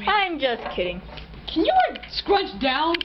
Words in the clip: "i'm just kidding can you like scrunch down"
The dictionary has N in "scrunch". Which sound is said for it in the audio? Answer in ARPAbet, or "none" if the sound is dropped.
none